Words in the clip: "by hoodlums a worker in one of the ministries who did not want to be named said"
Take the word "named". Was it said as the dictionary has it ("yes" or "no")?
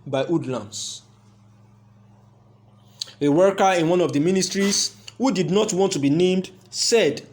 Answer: yes